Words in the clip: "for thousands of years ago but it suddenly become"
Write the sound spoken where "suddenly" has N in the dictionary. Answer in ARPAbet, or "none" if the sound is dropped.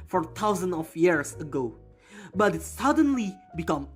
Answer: N